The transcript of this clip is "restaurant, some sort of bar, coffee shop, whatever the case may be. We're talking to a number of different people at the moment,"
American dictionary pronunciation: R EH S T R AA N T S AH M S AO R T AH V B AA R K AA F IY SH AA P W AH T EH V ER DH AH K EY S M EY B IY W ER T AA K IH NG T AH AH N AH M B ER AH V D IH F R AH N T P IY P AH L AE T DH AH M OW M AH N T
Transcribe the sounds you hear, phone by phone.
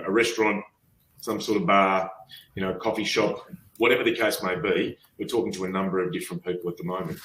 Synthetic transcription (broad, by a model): R EH S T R AA N T S AH M S AO R T AH V B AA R K AA F IY SH AA P W AH T EH V ER DH AH K EY S M EY B IY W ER T AA K IH NG T AH AH N AH M B ER AH V D IH F R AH N P IY P L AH T DH AH M OW M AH N T